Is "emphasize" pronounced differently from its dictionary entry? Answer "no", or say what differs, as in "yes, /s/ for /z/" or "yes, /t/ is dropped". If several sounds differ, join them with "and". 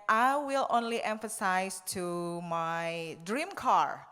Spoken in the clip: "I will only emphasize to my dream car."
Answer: yes, /s/ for /z/